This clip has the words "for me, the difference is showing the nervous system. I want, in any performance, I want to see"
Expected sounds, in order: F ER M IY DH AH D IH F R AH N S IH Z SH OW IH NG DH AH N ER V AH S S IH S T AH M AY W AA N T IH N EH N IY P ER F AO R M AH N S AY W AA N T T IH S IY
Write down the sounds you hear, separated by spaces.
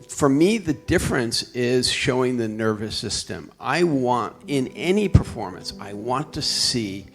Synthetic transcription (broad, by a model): F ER M IY DH AH D IH F R AH N S IH Z SH OW IH NG DH AH N ER V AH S S IH S T AH M AY W AA N T IH N EH N IY P ER F AO R M AH N S AY W AA N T T IH S IY